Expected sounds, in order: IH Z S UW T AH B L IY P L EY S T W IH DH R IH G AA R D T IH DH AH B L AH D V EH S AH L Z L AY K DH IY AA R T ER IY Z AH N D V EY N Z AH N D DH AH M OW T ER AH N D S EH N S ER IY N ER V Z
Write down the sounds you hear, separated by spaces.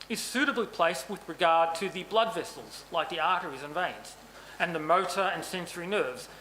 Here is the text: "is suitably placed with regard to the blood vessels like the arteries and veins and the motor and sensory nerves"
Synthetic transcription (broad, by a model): IH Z S UW T AH B L IY P L EY S T W IH DH R IH G AA R D T IH DH AH B L AH D V EH S L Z L AY K DH IY AA R T ER IY Z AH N V EY N Z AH N DH AH M OW T ER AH N S EH N S ER IY N ER V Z